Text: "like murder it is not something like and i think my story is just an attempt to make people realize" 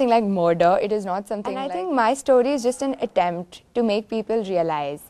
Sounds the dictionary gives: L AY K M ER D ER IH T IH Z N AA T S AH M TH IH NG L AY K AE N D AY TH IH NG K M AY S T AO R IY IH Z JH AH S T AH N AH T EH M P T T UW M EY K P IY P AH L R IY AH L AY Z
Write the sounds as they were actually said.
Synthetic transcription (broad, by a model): L AY K M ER D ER IH T IH Z N AA T S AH M T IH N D AY T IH NG K M AY S T AO R IY IH Z JH AH S T AH N AH T EH M P T T UW M EY K P IY P AH L R IY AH L AY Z